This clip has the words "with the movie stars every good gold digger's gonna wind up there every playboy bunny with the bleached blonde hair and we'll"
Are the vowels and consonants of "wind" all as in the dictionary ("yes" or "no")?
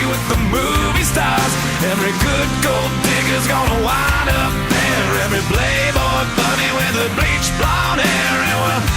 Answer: no